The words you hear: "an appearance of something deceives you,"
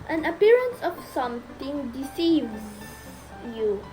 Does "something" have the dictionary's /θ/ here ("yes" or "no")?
no